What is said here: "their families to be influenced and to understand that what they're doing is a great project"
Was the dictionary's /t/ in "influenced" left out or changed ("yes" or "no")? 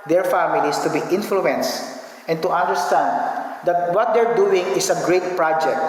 no